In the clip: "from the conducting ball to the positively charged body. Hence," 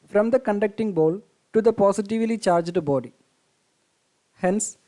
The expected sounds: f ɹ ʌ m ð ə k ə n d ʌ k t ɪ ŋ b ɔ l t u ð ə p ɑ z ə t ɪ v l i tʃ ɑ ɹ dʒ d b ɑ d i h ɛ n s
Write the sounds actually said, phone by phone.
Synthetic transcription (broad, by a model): f ɹ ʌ m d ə k ə n d ʌ k t ɪ ŋ b ɔ l t u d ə p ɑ s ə t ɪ v l i tʃ ɑ ɹ dʒ d b ɑ d i h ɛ n s